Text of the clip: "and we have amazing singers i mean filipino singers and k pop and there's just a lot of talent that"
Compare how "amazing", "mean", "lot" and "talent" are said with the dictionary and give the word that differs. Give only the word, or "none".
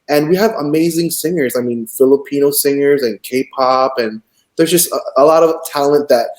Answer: none